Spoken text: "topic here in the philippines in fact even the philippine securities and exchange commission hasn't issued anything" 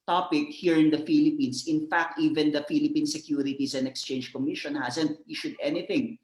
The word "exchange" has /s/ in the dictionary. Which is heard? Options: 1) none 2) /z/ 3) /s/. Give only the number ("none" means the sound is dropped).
3